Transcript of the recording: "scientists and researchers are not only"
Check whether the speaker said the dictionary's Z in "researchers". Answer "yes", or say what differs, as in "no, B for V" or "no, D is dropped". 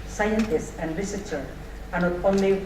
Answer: no, Z is dropped